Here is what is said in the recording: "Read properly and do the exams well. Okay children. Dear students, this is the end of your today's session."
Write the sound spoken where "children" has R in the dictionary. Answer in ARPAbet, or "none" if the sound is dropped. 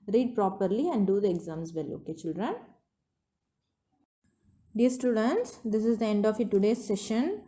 R